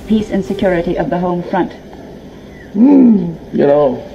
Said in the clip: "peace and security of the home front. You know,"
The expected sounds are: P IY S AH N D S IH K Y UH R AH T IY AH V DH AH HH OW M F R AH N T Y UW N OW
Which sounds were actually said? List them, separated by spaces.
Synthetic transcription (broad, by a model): P IY S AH N S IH K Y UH R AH T IY AH V DH AH HH OW M F R AH N T Y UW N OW